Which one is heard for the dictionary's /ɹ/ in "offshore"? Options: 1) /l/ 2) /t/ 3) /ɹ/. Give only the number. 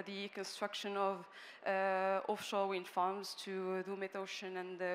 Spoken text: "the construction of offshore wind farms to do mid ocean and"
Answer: 1